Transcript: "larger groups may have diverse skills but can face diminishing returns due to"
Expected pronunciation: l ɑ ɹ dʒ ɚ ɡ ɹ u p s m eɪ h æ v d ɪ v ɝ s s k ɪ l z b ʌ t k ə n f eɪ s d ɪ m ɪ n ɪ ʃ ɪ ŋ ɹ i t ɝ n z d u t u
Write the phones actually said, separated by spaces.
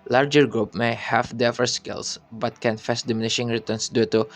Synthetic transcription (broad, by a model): l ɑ ɹ dʒ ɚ ɡ ɹ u p m eɪ h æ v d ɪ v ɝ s s k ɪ l s b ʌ t k ə n f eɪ s d ɪ m ɪ n ɪ ʃ ɪ ŋ ɹ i t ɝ n s d u t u